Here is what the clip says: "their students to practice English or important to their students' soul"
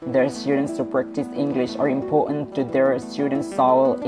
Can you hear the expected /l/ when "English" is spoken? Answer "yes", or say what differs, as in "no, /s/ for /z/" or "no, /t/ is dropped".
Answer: yes